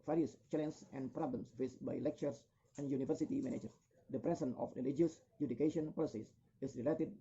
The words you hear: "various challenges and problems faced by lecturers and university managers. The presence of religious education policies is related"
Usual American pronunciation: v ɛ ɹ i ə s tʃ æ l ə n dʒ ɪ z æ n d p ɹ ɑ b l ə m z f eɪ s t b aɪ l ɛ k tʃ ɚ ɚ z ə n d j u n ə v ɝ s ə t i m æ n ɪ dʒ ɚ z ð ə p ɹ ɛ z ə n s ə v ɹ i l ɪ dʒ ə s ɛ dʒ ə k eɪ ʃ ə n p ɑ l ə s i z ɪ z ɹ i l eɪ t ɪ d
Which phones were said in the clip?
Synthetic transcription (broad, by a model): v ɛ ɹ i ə s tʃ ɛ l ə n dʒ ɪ n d p ɹ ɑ b l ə m s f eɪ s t b aɪ l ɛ k tʃ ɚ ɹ s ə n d j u n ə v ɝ s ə t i m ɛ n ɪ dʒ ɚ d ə p ɹ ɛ s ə n ə f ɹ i l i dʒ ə s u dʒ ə k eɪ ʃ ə n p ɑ l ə s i s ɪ s ɹ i l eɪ t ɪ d